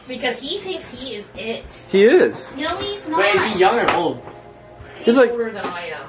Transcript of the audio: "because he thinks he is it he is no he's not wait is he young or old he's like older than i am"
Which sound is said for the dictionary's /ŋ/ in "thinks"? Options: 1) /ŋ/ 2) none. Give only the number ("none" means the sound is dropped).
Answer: 1